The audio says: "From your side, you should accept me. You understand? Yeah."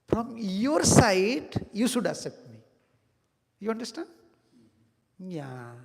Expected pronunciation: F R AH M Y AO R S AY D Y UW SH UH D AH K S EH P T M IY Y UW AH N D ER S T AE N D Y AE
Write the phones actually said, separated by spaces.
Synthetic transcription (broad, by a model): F R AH M Y AO R S AY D Y UW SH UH D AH S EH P T M IY Y UW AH N D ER S T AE N D Y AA